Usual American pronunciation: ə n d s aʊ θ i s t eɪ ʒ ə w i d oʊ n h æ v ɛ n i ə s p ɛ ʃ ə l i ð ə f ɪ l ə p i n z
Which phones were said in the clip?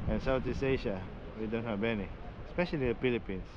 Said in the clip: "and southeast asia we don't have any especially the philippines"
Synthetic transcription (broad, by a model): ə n s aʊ t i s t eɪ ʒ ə w i d oʊ n h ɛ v ɛ n i ə s p ɛ ʃ ə l i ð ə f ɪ l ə p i n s